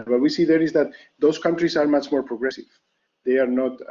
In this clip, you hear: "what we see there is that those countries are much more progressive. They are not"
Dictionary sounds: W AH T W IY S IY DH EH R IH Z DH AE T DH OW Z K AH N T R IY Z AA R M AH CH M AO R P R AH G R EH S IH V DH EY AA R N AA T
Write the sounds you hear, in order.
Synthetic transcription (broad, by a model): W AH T W IY S IY DH EH R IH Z DH AE T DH OW S K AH N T R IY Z AA R M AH CH M AO R P R AH G R EH S IH V DH EY AA R N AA T